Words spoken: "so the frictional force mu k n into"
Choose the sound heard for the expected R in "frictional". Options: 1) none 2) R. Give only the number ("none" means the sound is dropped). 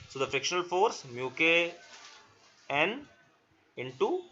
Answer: 2